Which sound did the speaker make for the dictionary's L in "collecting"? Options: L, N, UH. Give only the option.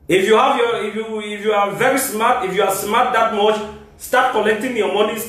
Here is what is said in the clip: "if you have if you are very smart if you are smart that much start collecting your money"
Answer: N